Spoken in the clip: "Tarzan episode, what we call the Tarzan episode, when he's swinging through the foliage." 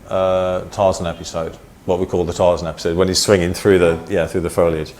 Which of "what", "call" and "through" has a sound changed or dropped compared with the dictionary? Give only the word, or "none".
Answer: none